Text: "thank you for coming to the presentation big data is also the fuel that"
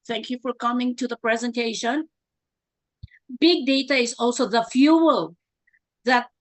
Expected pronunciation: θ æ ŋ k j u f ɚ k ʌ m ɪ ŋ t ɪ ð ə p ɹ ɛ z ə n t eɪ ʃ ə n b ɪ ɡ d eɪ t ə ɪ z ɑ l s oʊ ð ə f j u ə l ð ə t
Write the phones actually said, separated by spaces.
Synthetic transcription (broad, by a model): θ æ ŋ k j u f ɚ k ʌ m ɪ ŋ t ɪ ð ə p ɹ ɛ z ə n t eɪ ʃ ə n b ɪ ɡ d eɪ t ə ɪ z ɑ l s oʊ ð ə f j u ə l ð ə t